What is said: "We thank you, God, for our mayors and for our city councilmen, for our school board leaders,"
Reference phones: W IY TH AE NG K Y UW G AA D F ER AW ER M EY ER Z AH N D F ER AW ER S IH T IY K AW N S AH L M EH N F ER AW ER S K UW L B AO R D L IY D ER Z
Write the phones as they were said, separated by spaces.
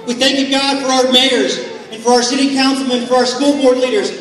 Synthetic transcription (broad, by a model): W IY TH AE NG K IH G AA D F ER AW ER M EY ER Z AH N F ER AW ER S IH T IY K AW N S L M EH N F ER AW ER S K UW L B AO R D L IY D ER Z